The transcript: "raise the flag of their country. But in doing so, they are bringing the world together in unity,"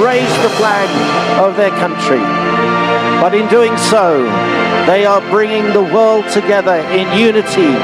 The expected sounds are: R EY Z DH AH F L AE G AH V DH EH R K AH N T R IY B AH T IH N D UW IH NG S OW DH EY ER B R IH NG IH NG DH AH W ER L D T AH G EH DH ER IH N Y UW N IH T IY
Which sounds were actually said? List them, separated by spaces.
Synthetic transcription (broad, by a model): R EY Z DH AH F L AE G AH V DH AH R K AH N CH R IY B AH T IH N D UW IH NG S OW DH EY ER B R IH NG IH NG DH AH W ER L D T AH G EH DH ER IH N Y UW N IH T IY